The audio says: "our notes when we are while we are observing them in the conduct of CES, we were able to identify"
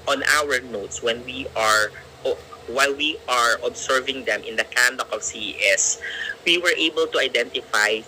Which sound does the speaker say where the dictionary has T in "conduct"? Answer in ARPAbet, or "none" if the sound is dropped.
none